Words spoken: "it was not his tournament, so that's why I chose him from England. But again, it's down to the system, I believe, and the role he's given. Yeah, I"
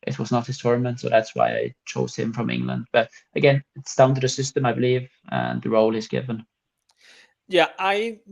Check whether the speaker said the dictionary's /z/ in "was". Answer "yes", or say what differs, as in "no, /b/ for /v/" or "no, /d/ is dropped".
yes